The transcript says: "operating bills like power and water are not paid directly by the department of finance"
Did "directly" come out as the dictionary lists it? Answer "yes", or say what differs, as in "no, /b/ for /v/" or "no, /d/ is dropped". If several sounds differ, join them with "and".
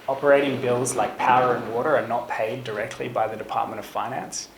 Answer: yes